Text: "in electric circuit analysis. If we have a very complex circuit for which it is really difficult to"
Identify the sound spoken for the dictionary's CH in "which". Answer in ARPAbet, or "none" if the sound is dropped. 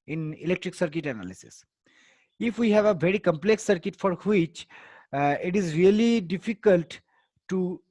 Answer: CH